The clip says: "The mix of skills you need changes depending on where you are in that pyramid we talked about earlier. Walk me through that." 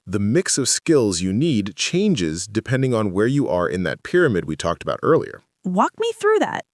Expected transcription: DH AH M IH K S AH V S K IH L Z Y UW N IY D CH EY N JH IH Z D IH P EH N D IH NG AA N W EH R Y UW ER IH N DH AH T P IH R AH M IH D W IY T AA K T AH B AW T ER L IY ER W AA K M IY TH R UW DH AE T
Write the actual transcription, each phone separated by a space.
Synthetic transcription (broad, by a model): DH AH M IH K S AH V S K IH L Z Y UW N IY D CH EY N JH IH Z D IH P EH N D IH NG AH N W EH R Y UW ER IH N DH AH T P IH R AH M IH D W IY T AA K T AH B AW T ER L IY ER W AA K M IY TH R UW DH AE T